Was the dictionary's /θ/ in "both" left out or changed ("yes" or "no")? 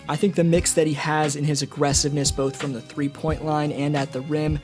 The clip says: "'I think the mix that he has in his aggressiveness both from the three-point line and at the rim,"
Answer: no